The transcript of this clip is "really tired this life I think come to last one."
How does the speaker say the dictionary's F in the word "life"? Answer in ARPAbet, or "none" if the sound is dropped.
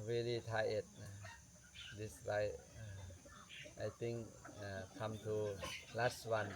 none